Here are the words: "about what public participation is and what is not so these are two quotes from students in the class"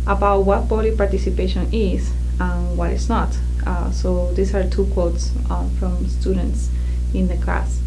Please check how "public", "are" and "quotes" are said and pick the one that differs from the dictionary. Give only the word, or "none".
public